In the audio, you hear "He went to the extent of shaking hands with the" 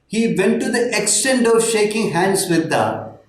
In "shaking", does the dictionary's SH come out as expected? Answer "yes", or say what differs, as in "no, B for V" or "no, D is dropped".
yes